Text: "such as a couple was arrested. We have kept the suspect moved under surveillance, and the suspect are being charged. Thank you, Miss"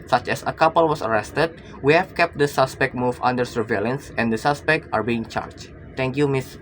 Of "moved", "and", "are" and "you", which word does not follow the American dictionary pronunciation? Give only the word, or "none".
moved